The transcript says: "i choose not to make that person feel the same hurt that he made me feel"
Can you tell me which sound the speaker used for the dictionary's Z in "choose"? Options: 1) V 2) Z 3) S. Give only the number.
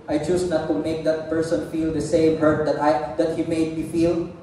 3